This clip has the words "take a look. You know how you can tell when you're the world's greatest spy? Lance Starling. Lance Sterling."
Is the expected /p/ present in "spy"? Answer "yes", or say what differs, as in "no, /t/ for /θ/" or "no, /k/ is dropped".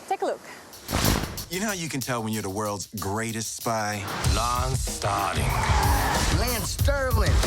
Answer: yes